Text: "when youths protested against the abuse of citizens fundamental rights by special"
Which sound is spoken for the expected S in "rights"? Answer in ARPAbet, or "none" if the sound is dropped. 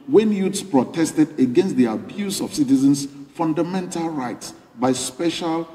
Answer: S